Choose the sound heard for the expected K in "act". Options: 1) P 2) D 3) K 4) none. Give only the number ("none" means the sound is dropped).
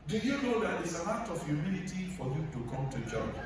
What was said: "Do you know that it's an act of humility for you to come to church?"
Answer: 4